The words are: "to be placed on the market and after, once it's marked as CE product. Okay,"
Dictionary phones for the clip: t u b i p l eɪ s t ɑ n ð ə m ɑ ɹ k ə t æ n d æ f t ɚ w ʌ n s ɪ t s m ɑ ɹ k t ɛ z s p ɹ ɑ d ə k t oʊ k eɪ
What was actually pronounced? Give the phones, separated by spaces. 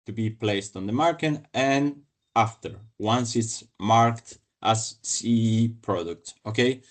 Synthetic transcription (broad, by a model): t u b i p l eɪ s t ɑ n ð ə m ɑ ɹ k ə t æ n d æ f t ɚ w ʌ n s ɪ t s m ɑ ɹ k t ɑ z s p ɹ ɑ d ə k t oʊ k eɪ